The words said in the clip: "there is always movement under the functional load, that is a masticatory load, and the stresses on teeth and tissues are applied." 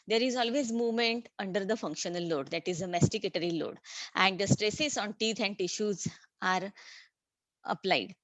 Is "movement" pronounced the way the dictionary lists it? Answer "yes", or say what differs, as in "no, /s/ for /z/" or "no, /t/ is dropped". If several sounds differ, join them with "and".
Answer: yes